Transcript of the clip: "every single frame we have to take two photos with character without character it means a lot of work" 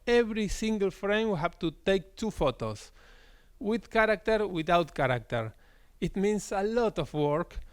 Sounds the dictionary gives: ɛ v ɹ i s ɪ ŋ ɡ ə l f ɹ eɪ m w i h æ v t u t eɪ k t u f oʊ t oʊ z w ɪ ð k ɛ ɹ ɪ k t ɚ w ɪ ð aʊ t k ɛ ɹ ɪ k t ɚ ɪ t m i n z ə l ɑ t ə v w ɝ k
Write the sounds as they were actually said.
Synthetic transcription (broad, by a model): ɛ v ɹ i s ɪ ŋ ɡ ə l f ɹ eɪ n w i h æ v t u t eɪ k t u f oʊ t oʊ s w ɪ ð k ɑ ɹ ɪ k t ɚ w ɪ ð aʊ t k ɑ ɹ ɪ k t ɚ ɪ t m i n s ə l ɑ t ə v w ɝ k